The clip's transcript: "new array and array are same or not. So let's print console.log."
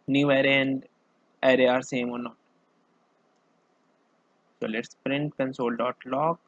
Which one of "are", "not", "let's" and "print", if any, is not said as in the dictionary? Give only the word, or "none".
none